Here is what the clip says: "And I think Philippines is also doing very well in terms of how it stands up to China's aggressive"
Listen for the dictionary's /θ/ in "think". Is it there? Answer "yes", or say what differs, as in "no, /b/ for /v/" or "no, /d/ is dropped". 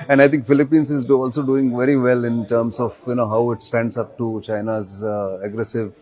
no, /t/ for /θ/